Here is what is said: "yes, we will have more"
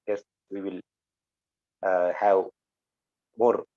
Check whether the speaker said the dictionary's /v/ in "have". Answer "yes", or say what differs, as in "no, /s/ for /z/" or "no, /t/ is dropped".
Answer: no, /w/ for /v/